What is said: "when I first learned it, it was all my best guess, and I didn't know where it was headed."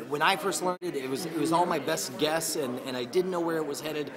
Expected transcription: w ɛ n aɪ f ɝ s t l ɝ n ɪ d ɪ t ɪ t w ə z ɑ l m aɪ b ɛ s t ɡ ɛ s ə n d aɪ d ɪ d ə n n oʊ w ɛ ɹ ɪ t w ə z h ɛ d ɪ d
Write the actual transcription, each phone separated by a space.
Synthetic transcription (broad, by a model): w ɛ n aɪ f ɝ s t l ɝ n ɪ d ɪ t ɪ t w ə z ɑ l m aɪ b ɛ s t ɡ ɛ s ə n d aɪ d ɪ d n n oʊ w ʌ ɹ ɪ t w ə z h ɛ d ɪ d